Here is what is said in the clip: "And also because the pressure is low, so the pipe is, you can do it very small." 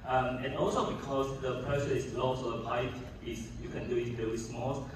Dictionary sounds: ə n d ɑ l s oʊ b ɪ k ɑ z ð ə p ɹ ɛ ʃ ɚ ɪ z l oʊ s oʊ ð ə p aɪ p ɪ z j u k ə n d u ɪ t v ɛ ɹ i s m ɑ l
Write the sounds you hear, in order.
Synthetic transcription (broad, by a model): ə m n ɑ l s oʊ b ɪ k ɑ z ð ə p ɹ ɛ s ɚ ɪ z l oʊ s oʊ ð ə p aɪ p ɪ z j u k ə n d u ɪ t v ɛ ɹ i s m ɑ l